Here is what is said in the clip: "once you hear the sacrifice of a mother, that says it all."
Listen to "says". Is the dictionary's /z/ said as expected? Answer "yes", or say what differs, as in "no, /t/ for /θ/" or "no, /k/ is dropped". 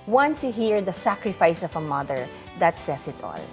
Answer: no, /s/ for /z/